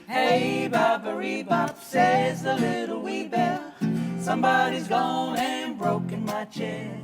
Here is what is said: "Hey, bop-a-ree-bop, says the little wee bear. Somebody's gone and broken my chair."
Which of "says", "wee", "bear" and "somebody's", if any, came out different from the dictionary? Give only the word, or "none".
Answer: bear